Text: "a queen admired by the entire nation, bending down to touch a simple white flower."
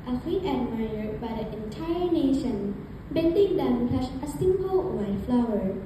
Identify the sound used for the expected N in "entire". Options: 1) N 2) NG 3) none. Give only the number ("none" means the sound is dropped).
1